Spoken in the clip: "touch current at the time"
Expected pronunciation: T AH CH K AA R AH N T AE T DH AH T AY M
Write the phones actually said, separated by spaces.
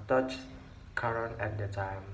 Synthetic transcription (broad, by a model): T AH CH K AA R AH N AE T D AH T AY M